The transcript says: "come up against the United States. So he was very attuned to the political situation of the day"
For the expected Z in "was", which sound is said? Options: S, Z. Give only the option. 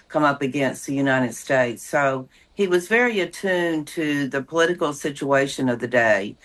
Z